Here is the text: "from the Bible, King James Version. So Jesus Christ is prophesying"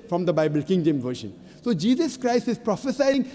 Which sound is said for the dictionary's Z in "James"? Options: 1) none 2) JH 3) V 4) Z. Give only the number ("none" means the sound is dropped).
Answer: 1